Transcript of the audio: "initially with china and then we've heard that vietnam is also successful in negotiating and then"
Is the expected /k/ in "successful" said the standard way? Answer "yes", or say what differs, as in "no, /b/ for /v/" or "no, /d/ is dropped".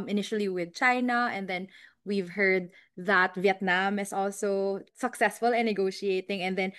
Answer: yes